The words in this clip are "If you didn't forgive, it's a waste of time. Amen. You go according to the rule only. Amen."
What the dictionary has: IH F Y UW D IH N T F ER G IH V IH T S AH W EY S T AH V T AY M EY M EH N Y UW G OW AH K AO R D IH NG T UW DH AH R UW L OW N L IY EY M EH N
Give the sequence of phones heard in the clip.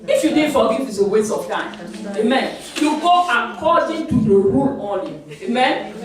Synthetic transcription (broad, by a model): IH F Y UW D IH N F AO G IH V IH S AH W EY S AH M T AY M EY M EH N Y UW G OW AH K AO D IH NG T UW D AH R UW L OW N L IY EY M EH N